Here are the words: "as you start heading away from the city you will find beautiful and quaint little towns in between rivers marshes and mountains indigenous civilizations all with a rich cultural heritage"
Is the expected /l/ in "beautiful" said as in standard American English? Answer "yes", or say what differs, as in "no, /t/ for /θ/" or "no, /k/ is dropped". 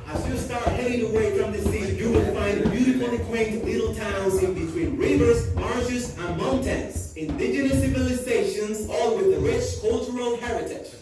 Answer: no, /n/ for /l/